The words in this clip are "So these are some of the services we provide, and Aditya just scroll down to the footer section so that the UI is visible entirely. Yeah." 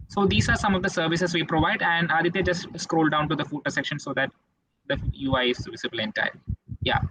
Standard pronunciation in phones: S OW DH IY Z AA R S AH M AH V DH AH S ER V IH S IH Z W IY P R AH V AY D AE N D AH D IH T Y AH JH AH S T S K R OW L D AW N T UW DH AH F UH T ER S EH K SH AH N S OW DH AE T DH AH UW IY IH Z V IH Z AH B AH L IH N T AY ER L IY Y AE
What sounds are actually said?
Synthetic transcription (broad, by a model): S OW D IY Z AA R S AH M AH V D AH S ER V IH S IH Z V IY P R AH V AY D AE N D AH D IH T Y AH JH AH S T S K R OW L D AW N T UW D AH F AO T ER S EH K SH AH N S OW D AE T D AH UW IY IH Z V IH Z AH B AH L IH N T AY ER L Y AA